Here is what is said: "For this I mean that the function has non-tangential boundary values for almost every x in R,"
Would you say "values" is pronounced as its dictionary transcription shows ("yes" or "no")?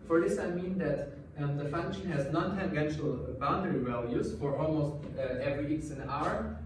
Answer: no